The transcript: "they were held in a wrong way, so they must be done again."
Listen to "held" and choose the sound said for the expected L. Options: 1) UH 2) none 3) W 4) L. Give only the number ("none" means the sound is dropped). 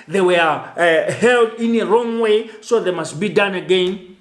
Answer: 4